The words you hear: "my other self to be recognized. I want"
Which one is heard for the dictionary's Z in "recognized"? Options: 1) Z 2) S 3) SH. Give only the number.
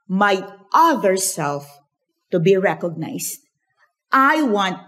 2